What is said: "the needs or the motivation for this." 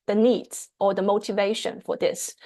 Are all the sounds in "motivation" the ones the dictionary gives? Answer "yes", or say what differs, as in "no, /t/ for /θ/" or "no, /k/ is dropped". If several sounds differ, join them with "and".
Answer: yes